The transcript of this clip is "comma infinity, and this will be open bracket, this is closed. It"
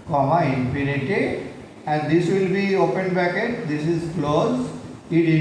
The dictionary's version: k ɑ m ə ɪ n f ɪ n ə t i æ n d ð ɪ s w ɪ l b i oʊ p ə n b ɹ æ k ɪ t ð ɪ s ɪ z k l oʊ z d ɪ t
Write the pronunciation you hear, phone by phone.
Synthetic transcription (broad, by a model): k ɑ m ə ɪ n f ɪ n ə t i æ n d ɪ s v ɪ l b i oʊ p ə n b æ k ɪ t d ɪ s ɪ z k l oʊ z ɪ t